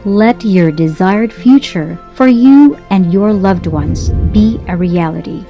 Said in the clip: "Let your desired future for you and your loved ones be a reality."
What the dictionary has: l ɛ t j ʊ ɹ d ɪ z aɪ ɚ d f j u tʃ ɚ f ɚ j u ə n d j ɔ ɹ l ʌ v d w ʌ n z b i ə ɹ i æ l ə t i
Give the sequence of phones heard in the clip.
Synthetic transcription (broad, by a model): l ɛ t j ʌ ɹ d ɪ z aɪ ɚ d f j u tʃ ɚ f ɚ j u ə n d j ɔ ɹ l ʌ v d w ʌ n z b i ə ɹ i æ l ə t i